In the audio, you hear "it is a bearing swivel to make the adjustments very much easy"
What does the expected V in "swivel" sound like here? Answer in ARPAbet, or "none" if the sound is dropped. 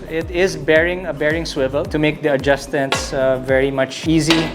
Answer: V